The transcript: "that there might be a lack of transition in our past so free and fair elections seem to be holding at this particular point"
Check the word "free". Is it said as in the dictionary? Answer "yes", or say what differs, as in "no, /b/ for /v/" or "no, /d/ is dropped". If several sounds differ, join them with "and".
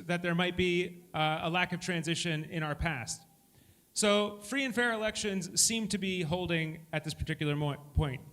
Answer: yes